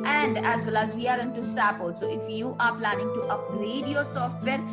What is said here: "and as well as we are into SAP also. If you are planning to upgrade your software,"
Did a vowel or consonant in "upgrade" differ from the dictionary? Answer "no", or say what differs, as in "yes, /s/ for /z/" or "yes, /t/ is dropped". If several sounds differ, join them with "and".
yes, /b/ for /p/